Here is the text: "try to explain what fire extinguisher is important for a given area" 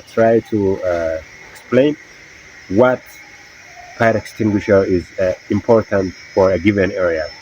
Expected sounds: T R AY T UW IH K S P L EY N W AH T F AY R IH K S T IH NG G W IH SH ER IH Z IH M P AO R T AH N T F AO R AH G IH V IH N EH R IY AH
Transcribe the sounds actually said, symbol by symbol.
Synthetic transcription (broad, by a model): T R AY T UW IH K S P L EY N W AH T P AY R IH K S T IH NG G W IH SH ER IH Z IH M P AO R T AH N T F AO R AH G IH V IH N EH R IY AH